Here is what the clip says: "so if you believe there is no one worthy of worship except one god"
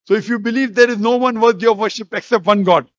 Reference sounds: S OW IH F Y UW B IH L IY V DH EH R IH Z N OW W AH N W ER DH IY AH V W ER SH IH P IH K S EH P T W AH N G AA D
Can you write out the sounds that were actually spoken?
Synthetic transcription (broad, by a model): S OW IH F Y UW B IH L IY V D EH R IH Z N OW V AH N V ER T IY AH V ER SH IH P IH K S EH P T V AH N G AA D